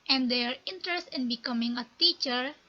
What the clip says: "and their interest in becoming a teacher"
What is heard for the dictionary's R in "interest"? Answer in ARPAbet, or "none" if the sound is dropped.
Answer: R